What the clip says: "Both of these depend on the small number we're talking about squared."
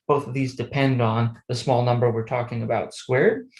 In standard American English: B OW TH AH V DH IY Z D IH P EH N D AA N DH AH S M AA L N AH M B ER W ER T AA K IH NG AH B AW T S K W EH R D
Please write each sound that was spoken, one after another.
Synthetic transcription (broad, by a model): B OW TH AH V DH IY Z D IH P EH N D N DH AH S M AA L N AH M B ER W ER T AA K IH NG AH B AW T S K W EH R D